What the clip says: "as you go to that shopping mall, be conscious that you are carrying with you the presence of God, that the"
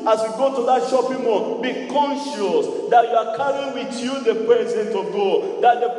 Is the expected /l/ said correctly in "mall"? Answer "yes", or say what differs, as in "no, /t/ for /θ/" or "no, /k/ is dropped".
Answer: no, /n/ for /l/